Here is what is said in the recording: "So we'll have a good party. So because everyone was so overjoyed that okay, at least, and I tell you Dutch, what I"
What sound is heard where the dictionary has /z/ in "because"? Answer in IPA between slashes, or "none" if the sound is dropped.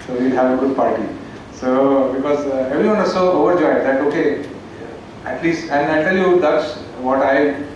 /z/